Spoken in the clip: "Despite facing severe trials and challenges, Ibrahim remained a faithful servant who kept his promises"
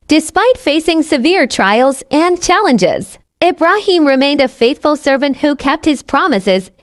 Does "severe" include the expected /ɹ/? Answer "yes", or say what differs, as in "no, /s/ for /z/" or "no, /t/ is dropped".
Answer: yes